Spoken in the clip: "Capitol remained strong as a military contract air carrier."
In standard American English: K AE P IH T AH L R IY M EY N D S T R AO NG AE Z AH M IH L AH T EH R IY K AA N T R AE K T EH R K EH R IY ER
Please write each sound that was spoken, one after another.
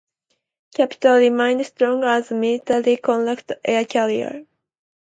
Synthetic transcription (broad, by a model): K AE P IH T AH L R IY M EY N D S T R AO NG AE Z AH M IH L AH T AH L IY K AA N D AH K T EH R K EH L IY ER